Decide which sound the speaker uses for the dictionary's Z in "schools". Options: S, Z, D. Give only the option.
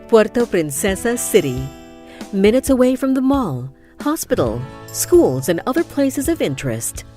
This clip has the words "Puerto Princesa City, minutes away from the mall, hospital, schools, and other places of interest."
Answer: Z